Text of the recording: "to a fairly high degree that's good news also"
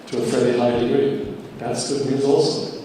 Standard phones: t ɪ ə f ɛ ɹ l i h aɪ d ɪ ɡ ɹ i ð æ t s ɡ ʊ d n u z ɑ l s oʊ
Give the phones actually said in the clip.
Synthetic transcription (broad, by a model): t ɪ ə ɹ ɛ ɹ i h aɪ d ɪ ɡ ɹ ð æ t s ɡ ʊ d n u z ɑ l s oʊ